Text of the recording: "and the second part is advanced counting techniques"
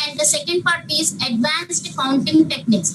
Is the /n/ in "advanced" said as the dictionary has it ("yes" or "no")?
yes